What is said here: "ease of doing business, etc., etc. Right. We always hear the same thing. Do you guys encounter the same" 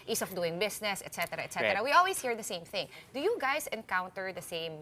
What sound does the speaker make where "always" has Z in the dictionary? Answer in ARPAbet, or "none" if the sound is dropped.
S